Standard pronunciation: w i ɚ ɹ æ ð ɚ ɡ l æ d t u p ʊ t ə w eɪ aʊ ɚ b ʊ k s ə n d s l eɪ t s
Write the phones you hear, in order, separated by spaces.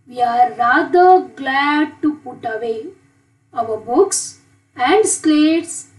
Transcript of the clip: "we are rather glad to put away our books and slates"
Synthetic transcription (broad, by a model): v i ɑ ɹ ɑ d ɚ ɡ l æ d t u p ʊ t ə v eɪ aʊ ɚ b ʊ k s ə n d s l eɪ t s